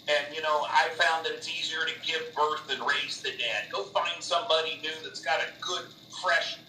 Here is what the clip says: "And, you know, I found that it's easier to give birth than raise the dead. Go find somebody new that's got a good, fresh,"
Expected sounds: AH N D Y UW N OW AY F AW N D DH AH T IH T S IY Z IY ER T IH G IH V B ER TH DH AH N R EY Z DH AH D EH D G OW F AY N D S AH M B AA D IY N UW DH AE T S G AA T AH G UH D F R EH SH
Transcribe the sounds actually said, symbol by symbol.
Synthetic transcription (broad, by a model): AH N Y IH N OW AY F AW N D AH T IH T S IY Z IY ER T IH G IH V B ER TH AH N R EY Z DH AH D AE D G OW F AY N D S AH M B AA D IY N UW DH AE T S G AA T AH G UH D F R EH SH